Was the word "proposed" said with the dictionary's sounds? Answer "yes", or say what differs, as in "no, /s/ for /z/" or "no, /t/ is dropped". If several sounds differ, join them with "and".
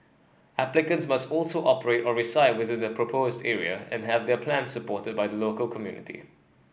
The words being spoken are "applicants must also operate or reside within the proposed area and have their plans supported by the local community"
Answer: yes